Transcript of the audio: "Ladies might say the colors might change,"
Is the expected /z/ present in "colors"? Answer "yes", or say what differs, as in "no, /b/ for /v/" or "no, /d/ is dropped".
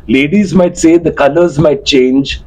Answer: yes